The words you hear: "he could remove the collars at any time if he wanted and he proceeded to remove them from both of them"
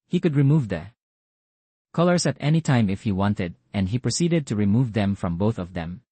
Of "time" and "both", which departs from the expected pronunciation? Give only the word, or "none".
none